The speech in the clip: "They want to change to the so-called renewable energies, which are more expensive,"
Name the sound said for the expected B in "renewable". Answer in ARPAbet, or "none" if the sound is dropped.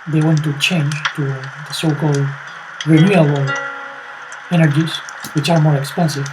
none